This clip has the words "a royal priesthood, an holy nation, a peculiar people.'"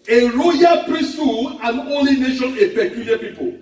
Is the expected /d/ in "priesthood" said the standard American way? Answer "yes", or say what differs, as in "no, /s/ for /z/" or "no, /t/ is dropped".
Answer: no, /d/ is dropped